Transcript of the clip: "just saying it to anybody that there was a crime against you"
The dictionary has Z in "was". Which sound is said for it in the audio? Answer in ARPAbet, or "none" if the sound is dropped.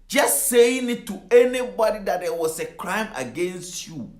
S